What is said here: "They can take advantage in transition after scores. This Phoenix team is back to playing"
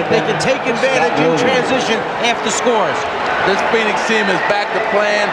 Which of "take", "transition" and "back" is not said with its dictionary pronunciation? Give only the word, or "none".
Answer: none